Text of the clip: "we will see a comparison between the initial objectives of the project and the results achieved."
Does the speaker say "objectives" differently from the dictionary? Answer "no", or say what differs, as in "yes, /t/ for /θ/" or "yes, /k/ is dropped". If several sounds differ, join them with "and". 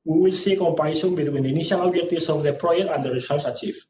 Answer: yes, /k/ is dropped